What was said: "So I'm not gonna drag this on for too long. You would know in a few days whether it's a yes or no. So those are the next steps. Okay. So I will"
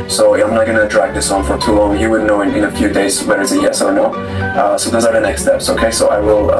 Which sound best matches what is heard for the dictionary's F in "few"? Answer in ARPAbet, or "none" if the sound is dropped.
F